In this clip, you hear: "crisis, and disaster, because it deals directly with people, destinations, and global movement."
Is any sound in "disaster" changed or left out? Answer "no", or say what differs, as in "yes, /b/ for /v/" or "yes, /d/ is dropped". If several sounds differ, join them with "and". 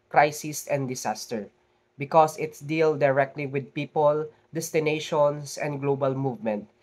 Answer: yes, /s/ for /z/